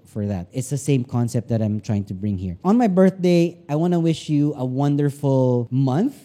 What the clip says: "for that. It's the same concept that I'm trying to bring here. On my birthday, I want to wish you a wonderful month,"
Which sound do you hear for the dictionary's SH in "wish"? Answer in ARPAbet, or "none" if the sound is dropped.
SH